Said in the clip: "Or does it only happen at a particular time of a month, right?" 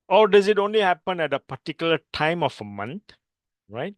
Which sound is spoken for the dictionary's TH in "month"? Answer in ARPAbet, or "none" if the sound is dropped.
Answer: T